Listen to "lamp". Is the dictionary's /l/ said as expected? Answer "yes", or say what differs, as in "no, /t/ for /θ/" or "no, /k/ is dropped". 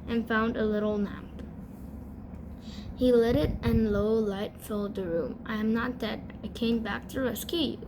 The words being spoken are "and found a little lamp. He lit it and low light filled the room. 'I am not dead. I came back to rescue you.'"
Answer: no, /n/ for /l/